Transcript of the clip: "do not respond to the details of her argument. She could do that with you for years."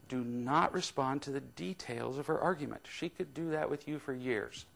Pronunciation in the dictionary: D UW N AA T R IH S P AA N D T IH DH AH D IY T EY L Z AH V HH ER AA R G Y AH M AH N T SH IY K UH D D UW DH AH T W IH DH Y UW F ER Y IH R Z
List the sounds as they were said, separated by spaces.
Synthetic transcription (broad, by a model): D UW N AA T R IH S P AA N T IH DH AH D IY T EY L Z AH V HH ER AA R G Y AH M AH N T SH IY K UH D D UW DH AH T W IH DH Y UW F ER Y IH R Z